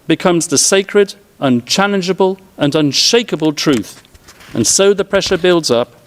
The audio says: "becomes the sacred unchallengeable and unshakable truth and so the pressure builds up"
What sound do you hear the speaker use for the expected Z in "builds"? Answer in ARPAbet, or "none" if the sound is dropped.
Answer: Z